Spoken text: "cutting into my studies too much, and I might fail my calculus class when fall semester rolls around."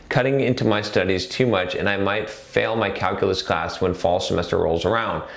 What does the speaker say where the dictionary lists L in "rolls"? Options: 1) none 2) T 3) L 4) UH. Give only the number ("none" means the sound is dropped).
3